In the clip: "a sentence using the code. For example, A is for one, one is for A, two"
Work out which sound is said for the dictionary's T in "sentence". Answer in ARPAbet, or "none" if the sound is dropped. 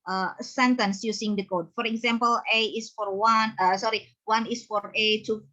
T